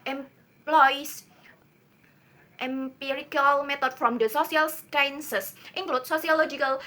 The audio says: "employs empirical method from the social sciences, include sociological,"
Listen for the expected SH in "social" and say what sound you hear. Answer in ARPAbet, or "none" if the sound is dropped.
S